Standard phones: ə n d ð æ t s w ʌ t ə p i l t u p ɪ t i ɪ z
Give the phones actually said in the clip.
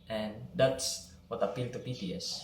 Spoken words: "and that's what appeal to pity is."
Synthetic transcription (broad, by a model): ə n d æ t s w ʌ t ə p i l t u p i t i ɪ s